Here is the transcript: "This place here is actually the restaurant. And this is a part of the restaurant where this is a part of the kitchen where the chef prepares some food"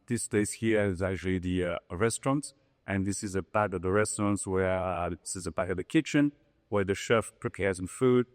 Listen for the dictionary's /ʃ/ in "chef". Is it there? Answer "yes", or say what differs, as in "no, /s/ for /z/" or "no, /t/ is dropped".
yes